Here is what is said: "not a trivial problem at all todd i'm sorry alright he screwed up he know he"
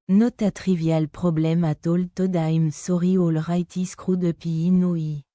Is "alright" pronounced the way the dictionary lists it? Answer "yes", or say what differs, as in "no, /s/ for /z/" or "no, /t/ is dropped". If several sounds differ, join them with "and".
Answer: yes